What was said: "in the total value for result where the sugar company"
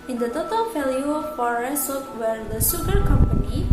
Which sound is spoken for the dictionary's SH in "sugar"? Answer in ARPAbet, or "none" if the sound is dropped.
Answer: S